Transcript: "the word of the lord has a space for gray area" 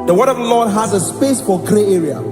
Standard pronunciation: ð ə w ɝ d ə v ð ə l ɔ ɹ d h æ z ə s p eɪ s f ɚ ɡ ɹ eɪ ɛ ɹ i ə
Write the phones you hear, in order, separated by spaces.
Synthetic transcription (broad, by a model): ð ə w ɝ d ə v ð ə l ɔ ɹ d h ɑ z ə s p eɪ s f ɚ ɡ ɹ eɪ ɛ ɹ i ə